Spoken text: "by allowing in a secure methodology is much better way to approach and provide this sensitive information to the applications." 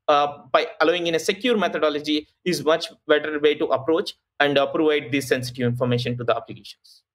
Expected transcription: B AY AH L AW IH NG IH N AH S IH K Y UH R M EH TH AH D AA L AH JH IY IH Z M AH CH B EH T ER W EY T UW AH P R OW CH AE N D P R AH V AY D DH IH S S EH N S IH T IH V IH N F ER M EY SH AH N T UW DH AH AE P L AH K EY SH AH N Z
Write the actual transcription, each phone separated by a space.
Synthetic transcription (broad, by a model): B AY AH L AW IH NG IH N AH S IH K Y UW R M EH T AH D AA L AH JH IY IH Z M AH CH B EH T ER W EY T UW AH P R OW CH AE N D P R AH V AY D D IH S S EH N S IH T IH V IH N F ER M EY SH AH N T UW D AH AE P L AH K EY SH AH N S